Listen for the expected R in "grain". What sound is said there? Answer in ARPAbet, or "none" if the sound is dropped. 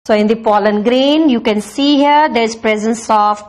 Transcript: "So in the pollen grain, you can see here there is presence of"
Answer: R